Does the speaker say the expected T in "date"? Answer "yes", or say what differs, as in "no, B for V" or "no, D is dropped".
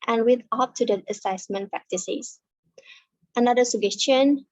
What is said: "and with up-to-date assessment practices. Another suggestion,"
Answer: no, T is dropped